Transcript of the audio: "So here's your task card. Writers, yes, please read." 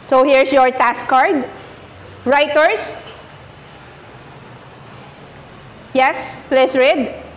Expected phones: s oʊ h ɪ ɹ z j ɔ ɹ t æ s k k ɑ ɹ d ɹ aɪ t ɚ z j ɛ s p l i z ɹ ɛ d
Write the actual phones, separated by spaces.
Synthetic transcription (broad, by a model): s oʊ h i ɹ s j ɔ ɹ t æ s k k ɑ ɹ d ɹ aɪ t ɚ s j ɛ s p l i s ɹ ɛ d